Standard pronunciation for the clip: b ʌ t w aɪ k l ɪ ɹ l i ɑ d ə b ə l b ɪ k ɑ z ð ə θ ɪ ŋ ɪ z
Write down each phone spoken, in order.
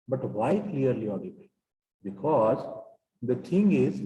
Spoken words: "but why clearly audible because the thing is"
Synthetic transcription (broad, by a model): b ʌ t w aɪ k l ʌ ɹ l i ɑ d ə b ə b ɪ k ɑ z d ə t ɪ ŋ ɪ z